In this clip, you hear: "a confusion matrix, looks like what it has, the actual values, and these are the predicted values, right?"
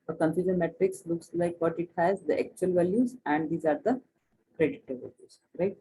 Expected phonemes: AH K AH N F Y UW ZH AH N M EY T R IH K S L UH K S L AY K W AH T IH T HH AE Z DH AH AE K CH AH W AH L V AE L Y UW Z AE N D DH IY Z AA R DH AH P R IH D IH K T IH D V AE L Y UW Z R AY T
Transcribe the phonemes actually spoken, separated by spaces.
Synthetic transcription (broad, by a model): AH K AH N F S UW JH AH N M EY T R IH K S L UH K S L AY K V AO T IH T HH AE Z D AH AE K CH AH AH L V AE L Y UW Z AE N D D IY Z AA R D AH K R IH D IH T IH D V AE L Y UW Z R AY T